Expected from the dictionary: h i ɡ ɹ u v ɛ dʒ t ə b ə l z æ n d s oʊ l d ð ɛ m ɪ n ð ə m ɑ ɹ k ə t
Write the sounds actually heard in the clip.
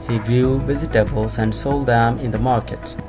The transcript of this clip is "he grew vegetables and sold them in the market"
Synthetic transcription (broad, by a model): h i ɡ ɹ u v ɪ z t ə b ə l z æ n d s oʊ l d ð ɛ m ɪ n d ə m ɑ ɹ k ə t